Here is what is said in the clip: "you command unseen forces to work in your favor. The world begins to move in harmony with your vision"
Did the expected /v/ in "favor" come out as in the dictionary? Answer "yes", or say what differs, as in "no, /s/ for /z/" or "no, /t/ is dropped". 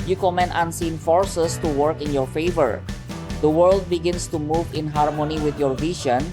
yes